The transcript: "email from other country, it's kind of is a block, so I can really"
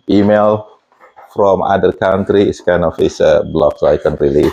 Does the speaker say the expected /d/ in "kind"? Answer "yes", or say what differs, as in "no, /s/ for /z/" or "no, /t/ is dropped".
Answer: no, /d/ is dropped